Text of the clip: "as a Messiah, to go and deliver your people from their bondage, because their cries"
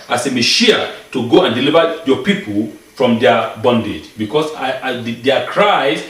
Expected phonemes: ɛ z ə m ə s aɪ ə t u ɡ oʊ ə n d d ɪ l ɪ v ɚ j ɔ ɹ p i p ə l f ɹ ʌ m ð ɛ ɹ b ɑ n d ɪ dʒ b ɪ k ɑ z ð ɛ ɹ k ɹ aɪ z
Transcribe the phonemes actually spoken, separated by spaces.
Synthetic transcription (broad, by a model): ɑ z ə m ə ʃ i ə t u ɡ oʊ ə n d d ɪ l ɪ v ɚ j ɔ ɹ p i p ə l f ɹ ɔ m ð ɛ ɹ b ɑ n d ɪ dʒ b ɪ k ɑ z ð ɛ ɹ k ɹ aɪ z